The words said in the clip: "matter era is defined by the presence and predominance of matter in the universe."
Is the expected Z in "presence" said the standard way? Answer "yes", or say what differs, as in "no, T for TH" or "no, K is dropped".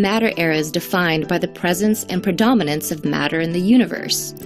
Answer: yes